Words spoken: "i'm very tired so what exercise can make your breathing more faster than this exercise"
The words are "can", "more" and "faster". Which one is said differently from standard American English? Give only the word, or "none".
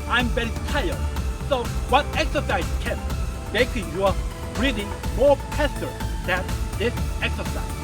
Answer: faster